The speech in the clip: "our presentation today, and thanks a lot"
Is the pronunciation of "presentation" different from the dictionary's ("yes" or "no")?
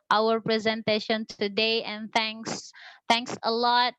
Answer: no